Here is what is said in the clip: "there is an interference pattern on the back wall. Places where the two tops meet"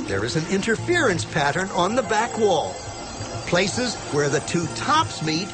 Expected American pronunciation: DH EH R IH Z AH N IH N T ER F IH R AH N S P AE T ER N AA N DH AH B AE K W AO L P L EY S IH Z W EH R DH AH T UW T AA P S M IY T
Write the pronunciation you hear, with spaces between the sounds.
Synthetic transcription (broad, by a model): DH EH R IH Z AH N IH N T ER F IH R AH N S P AE T ER N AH N DH AH B AE K W AO L P L EY S IH Z W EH R DH AH T UW T AA P S M IY T